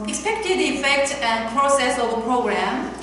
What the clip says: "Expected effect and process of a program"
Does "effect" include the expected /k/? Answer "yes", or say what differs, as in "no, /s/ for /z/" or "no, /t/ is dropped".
yes